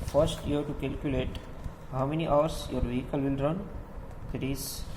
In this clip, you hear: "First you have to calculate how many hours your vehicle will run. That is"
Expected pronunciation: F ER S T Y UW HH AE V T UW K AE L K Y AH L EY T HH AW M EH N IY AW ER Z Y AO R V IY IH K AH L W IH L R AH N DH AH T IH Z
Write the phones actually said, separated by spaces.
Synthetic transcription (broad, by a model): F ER S T Y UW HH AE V T UW K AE L K Y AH L EY T HH AW M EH N IY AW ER S Y AO R V IY IH K AH L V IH L R AH N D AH T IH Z